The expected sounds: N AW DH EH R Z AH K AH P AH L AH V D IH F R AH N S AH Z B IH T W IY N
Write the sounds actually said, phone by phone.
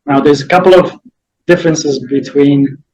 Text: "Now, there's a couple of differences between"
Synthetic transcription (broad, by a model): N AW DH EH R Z AH K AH P L AH V D IH F R AH N S AH Z B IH T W IY N